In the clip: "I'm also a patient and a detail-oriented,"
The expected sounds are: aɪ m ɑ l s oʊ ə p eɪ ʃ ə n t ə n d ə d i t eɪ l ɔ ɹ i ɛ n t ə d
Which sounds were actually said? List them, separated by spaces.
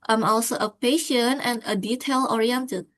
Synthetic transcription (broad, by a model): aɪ m ɑ l s oʊ ə p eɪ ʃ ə n ə n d ə d i t eɪ l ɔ ɹ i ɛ n t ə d